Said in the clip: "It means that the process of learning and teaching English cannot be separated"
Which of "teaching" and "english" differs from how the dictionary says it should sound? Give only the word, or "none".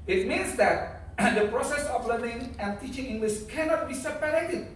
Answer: english